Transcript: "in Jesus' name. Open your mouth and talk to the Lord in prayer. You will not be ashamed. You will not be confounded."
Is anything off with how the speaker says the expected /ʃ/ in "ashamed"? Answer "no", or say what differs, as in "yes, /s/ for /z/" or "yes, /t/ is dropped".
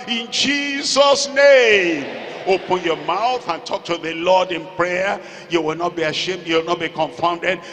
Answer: no